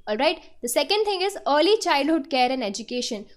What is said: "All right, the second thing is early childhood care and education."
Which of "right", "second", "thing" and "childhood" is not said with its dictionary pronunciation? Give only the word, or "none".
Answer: thing